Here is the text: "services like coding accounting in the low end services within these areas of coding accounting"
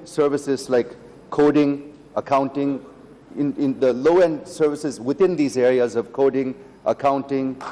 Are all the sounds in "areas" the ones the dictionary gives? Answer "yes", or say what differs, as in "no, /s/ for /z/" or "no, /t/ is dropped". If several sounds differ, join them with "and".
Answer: yes